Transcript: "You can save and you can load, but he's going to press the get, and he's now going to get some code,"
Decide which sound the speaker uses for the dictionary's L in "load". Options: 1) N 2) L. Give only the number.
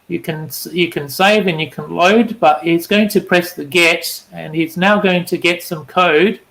2